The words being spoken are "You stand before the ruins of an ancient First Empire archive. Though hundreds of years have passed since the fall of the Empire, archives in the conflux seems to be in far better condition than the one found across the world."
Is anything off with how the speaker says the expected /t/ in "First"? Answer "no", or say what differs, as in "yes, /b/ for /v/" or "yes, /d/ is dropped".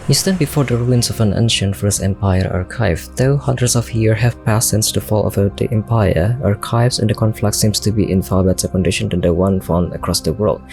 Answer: yes, /t/ is dropped